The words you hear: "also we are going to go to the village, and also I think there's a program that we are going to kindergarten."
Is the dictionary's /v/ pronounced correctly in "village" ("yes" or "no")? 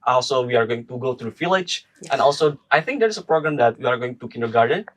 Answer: no